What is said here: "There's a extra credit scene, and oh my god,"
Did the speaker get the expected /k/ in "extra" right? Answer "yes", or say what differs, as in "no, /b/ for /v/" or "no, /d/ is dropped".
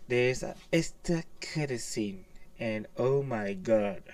no, /k/ is dropped